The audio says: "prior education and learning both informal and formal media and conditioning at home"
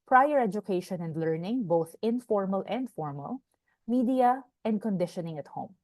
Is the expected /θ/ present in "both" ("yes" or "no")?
yes